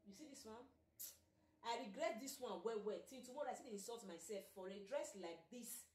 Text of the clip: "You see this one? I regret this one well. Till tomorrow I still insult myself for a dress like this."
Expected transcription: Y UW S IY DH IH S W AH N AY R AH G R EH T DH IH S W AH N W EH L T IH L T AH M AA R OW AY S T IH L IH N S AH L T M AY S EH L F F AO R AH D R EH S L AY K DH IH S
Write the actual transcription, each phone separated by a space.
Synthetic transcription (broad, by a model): Y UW S IY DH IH S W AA N AY R AH G R EH T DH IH S W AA N W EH W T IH N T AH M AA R AY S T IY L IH N S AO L T M AY S EH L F F AO R AH D R EH S L AY K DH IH S